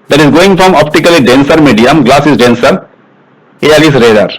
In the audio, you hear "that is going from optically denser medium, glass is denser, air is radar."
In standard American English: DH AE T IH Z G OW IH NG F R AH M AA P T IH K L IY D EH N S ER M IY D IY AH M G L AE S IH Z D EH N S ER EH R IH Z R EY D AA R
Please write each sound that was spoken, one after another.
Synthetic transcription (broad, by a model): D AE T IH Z G OW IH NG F R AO M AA P T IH K L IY D EH N S ER M IY D IY AH M G L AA S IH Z D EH N S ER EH L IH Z R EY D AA R